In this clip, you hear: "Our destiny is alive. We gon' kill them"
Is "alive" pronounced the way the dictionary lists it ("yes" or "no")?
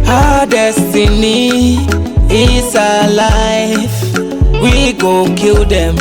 no